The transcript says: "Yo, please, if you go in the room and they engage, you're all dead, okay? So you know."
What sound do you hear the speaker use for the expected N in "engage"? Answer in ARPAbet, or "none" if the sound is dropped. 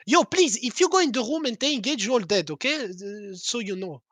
none